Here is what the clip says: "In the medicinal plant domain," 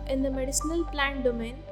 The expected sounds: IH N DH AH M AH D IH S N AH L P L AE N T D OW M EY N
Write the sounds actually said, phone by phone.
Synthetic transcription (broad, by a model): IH N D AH M AH D IH S N AH L P L AE N T D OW M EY N